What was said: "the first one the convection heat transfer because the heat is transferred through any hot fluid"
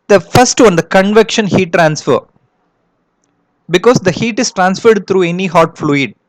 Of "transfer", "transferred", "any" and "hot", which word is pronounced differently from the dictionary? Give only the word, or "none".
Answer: none